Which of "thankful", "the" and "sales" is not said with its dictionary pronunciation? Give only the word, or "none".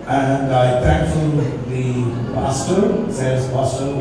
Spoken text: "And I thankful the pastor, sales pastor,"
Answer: sales